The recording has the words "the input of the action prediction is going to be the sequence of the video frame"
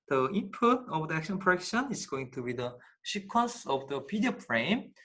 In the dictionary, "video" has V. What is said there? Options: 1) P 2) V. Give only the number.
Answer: 1